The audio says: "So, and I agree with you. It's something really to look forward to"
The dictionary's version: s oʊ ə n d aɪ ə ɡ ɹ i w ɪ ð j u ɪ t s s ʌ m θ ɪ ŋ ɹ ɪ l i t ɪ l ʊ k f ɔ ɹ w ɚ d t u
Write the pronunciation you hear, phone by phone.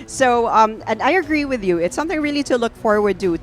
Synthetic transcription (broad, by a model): s oʊ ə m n aɪ ə ɡ ɹ i w ɪ ð j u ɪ t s s ʌ m θ ɪ ŋ ɹ ɪ l i t ɪ l ʊ k f ɔ ɹ w ɚ d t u